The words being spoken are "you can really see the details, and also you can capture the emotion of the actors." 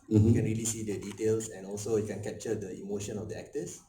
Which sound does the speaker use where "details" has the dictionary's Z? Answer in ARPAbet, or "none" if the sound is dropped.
S